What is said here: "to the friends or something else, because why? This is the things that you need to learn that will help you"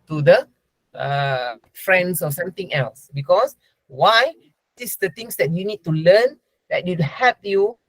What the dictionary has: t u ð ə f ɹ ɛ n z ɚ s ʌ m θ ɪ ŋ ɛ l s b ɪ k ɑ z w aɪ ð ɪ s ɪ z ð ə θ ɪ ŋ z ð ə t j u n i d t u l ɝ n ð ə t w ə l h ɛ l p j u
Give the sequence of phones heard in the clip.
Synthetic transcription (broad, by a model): t u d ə f ɹ ɛ n s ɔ s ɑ m t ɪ ŋ ɛ l s b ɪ k ɑ s w aɪ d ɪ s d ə t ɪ ŋ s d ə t j u n i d t u l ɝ n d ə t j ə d h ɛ p j u